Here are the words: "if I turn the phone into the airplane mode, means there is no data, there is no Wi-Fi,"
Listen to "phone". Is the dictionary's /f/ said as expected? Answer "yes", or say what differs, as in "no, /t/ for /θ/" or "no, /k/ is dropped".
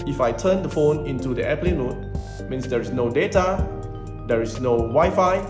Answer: yes